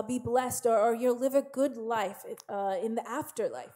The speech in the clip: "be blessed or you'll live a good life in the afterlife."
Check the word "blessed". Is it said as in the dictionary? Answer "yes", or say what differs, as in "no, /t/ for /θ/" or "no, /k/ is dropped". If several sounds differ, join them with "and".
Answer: yes